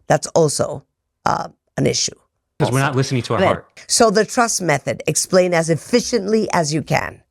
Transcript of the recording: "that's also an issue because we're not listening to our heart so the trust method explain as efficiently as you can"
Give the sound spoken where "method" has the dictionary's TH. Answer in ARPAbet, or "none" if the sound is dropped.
TH